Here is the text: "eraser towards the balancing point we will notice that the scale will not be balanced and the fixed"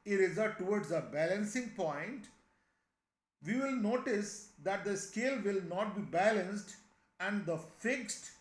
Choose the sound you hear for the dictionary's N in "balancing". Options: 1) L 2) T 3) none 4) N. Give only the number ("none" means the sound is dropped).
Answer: 4